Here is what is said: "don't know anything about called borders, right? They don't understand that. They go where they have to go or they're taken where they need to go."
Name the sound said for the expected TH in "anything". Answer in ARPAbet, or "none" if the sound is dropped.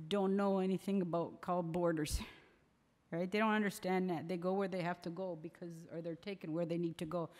TH